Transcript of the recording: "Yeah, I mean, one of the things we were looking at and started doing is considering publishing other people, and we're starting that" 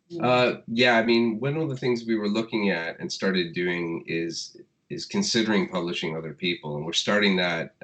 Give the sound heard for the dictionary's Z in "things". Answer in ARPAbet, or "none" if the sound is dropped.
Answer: Z